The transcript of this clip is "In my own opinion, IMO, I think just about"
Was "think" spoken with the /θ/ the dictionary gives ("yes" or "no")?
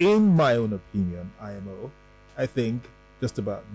yes